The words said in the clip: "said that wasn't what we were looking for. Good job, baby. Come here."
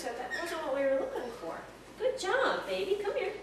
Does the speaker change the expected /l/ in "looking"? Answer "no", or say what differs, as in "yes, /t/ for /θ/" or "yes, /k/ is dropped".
no